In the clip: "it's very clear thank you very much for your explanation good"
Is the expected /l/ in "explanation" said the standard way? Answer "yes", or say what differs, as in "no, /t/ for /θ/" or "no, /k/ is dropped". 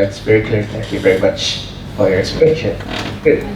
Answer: no, /l/ is dropped